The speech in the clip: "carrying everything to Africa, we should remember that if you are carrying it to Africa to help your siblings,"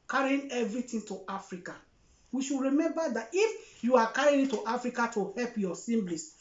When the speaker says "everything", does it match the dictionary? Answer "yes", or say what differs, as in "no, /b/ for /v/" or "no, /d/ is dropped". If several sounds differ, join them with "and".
no, /t/ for /θ/